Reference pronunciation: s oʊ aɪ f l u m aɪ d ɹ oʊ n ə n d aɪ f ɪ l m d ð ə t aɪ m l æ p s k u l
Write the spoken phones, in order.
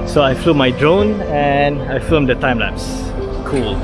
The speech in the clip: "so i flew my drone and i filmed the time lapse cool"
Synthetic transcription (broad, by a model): s oʊ aɪ f l u m aɪ d ɹ oʊ n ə n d aɪ f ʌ m d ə t aɪ m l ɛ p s k u l